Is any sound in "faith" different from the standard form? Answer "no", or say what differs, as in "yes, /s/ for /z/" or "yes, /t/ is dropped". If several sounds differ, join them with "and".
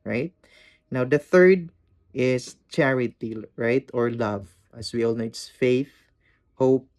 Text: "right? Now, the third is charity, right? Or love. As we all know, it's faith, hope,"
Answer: no